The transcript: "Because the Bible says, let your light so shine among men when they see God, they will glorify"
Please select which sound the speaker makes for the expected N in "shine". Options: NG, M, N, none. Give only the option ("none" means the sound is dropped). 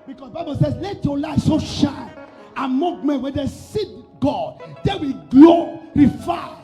none